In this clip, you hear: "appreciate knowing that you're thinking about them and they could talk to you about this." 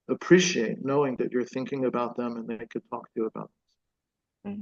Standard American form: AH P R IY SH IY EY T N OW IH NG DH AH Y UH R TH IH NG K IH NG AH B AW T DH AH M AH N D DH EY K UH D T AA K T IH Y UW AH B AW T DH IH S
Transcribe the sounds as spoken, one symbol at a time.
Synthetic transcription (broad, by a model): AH P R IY SH IY EY T N OW IH NG DH AH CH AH R TH IH NG K IH NG AH B AW T DH AH M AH N DH EY K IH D T AA K T IH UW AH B AW T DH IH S